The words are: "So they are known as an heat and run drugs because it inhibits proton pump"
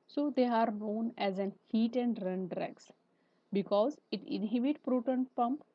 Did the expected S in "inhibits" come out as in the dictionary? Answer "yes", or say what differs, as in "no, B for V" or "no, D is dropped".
no, S is dropped